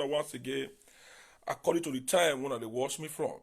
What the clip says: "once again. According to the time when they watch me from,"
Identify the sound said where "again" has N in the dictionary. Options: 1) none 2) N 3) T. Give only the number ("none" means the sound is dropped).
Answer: 1